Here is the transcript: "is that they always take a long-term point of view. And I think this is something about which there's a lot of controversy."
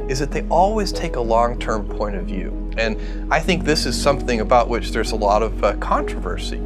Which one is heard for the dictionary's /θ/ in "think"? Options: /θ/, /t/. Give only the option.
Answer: /θ/